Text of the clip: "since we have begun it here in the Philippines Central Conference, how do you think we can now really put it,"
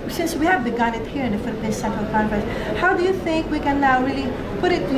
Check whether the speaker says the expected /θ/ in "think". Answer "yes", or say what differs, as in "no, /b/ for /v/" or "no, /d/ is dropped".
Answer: yes